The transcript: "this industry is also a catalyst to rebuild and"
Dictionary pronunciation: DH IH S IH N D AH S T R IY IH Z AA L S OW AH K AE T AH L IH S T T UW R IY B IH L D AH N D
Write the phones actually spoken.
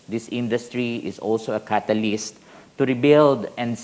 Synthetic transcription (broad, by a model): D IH S IH N D AH S T R IY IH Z AA L S OW AH K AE T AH L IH S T T UW R IY B IH L D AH N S